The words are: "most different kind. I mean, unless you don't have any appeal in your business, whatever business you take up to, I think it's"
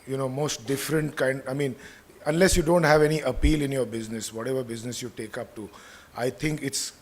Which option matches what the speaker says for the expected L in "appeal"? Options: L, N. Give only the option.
L